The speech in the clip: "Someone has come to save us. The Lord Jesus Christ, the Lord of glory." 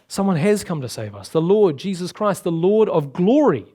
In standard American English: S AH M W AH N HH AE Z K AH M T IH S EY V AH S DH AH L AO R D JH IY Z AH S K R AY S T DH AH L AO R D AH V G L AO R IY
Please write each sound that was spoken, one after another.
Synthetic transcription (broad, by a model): S AH M W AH N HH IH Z K AH M T IH S EY V AH S DH AH L AO R D JH IY Z AH S K R AY S T DH AH L AO R D AH V G L AO R IY